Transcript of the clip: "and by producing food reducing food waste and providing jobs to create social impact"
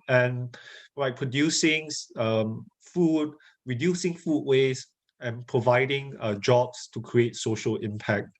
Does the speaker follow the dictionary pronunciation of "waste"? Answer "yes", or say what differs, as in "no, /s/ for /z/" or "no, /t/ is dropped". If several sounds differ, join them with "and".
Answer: no, /t/ is dropped